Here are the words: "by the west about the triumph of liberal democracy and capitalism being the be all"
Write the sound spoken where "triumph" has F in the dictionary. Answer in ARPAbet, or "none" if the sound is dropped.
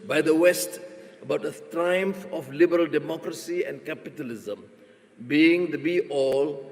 F